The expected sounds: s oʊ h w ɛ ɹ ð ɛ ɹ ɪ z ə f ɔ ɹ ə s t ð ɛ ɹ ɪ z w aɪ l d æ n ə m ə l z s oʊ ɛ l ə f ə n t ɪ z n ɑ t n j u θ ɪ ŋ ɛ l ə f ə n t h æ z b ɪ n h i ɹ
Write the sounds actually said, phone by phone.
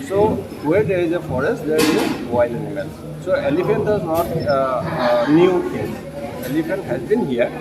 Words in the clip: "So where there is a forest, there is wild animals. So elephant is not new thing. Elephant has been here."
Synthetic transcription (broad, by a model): s oʊ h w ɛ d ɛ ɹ ɪ z ə f ɔ ɹ ə s t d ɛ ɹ ɪ z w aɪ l ɛ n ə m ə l s oʊ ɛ l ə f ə n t ɪ z n ɑ t n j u t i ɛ l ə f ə n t h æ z b ɪ n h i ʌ